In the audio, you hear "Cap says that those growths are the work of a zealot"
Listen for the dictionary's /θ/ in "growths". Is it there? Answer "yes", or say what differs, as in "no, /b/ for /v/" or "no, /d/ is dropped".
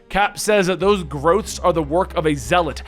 yes